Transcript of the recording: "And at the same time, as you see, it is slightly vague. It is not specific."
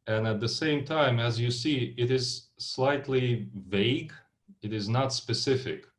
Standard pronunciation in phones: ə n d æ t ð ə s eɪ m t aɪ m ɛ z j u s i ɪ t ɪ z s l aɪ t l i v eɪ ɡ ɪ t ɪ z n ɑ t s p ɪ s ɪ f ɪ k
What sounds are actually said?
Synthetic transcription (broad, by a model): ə n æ t ð ə s eɪ m t aɪ m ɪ z j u s i ɪ t ɪ z s l aɪ t l i v eɪ ɡ ɪ t ɪ z n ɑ t s p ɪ s ɪ f ɪ k